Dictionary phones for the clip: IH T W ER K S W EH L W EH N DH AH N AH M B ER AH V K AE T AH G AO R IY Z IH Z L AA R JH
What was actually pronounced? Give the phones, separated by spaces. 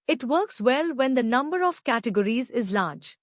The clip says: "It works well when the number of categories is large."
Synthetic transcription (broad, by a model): IH T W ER K S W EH L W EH N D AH N AH M B ER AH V K AE T AH G AO R IY Z IH Z L AA R JH